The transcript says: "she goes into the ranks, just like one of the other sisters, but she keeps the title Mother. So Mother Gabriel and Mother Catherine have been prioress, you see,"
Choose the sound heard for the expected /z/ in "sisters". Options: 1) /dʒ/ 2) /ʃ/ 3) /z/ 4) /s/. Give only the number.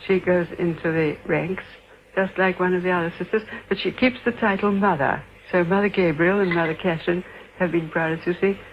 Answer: 3